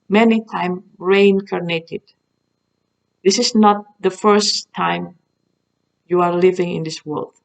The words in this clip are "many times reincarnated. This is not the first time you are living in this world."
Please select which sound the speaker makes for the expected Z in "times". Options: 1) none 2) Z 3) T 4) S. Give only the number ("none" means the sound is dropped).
1